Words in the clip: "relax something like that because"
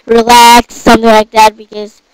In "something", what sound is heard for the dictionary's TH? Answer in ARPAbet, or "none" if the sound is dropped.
TH